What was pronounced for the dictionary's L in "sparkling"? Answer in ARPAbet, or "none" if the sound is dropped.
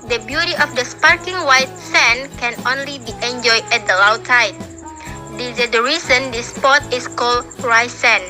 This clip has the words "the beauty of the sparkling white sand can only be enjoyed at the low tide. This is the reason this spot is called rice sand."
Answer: none